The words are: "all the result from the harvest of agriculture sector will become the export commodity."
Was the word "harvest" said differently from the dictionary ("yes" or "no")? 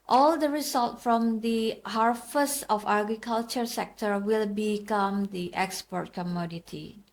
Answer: yes